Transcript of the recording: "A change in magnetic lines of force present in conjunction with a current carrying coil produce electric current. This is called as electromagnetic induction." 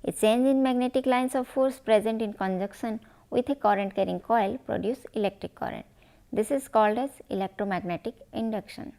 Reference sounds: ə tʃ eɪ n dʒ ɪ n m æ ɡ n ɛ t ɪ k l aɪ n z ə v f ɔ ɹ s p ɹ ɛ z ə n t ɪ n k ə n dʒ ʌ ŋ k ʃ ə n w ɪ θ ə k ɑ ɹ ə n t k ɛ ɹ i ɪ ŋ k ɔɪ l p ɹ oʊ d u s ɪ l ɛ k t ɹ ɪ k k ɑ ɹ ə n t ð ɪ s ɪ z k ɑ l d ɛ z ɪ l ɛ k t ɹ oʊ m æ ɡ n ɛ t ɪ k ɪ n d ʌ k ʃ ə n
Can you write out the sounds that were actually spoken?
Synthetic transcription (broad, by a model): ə tʃ eɪ n dʒ ɪ n m æ ɡ n ɛ t ɪ k l aɪ n s ə v f ɔ ɹ s p ɹ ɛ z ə n t ɪ n k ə n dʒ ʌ k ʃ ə n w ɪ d ə k ɑ ɹ ə n t k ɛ ɹ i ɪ ŋ k ɔɪ l p ɹ oʊ d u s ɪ l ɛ k t ɹ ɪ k k ɑ ɹ ə n t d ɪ s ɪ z k ɑ l d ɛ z ɪ l ɛ k t ɹ oʊ m æ ɡ n ɛ t ɪ k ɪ n d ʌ k ʃ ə n